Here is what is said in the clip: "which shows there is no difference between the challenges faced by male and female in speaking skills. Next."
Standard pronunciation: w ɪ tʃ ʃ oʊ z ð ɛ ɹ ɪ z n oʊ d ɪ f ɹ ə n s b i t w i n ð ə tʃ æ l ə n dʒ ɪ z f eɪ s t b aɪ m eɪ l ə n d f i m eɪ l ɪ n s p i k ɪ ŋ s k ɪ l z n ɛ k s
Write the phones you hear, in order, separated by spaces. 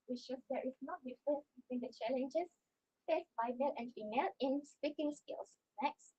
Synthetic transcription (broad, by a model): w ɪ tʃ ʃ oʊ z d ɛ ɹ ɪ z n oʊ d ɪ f ə s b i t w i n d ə tʃ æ l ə n dʒ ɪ s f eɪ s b aɪ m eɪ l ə n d f i m eɪ l ɪ n s p i k ɪ ŋ s k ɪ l s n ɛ k s